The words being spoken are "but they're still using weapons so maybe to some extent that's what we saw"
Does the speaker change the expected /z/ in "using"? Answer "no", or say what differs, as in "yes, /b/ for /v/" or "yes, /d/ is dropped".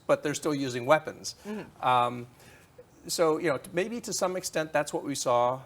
no